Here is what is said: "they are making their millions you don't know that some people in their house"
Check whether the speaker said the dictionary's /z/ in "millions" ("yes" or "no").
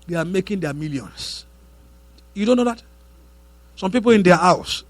no